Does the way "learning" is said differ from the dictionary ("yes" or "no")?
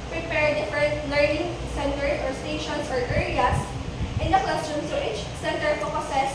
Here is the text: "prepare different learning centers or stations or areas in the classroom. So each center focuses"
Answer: no